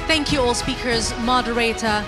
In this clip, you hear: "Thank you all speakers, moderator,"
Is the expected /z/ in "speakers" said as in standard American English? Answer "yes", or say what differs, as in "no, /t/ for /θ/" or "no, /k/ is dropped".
yes